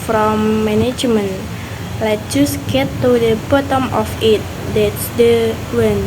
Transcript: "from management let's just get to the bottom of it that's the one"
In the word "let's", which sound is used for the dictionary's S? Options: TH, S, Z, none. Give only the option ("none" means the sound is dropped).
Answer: none